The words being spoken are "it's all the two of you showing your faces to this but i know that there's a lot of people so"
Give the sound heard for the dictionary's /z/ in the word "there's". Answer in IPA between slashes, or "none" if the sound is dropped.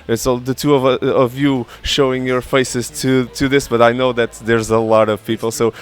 /z/